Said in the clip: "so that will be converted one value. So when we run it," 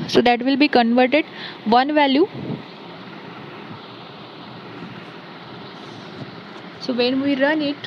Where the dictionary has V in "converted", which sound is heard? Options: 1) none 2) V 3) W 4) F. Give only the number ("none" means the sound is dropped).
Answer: 2